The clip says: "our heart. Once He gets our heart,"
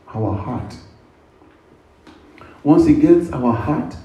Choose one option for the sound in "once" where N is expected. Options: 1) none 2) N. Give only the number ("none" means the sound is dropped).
2